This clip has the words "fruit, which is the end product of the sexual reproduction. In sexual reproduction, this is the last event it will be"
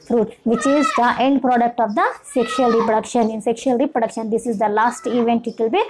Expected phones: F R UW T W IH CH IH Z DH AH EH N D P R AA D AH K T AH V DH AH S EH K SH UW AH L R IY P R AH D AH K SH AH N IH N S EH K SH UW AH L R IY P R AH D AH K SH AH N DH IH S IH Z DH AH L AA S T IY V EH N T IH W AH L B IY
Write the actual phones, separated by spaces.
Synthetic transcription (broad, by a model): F R UW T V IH CH IH Z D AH EH N D P R AA D AH K T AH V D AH S EH K SH UW AH L R IY P R AH D AH K SH AH N IH N S EH K SH UW AH L R IY P R AH D AH K SH AH N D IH S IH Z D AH L AA S T IY V EH N T IH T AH L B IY